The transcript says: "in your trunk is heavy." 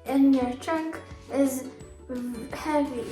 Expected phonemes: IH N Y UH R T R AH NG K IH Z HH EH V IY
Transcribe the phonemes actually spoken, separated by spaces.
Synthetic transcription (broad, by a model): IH N Y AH R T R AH K IH Z HH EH V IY